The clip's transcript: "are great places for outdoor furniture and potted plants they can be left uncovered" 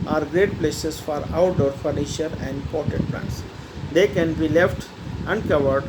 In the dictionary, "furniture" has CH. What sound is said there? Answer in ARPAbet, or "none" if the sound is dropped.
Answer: SH